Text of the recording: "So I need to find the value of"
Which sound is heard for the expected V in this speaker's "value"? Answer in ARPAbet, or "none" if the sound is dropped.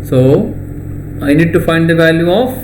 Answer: V